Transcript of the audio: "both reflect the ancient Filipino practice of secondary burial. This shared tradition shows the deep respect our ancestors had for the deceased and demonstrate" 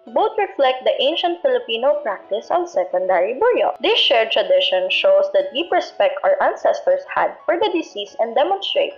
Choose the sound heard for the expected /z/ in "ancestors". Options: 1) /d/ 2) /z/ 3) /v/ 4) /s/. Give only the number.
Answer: 4